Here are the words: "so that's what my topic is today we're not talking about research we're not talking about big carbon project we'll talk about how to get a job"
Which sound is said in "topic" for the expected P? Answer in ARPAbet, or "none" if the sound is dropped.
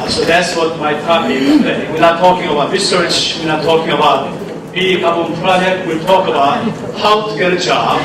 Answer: none